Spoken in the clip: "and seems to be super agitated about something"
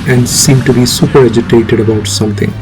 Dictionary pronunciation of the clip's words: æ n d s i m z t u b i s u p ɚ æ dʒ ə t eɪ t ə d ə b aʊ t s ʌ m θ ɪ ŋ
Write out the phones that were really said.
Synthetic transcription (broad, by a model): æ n d s i m t u b i s u p ɚ æ dʒ ə t eɪ t ə d ə b aʊ t s ʌ m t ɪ ŋ